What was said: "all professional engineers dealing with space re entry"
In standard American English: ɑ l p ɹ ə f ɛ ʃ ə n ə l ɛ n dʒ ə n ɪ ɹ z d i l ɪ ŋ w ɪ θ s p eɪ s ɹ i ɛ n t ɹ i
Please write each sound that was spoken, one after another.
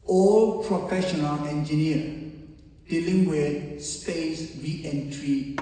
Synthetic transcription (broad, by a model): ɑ l p ɹ ə f ɛ ʃ ə n ə l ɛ n dʒ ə n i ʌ d i l ɪ ŋ w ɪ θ s p eɪ s w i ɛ n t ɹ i